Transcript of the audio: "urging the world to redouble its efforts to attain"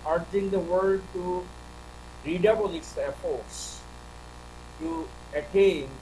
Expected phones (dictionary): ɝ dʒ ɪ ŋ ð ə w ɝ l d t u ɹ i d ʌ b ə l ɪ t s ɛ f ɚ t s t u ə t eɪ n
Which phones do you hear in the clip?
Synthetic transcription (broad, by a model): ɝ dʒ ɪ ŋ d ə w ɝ d t u ɹ i d ʌ b ə l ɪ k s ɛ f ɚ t s t u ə t eɪ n